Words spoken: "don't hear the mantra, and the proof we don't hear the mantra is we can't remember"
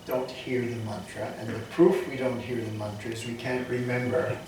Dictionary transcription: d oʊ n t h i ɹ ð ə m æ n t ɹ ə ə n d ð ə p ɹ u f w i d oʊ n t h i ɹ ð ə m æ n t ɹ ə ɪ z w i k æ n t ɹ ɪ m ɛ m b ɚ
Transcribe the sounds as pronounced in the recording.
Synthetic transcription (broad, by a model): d oʊ n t h i ɹ ð ə m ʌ n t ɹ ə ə n ð ə p ɹ u f w i d oʊ n t h i ɹ ð ə m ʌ n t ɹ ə ɪ z w i k æ n t ɹ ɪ m ɛ m b ɚ